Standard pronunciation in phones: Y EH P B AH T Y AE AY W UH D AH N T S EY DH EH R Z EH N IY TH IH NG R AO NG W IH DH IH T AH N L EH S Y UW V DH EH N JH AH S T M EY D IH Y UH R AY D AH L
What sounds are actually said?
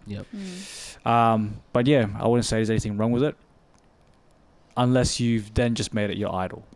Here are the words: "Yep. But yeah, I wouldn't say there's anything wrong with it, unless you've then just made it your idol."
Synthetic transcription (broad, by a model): Y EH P B AH T Y AE AY W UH D N T S EY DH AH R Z EH N IY TH IH NG R AO NG W IH DH IH T AH N L EH S Y UW V DH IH N JH AH S T M EY D IH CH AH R AY D L